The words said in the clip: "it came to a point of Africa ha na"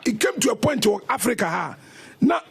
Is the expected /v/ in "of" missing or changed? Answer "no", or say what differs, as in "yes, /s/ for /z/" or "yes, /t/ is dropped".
yes, /w/ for /v/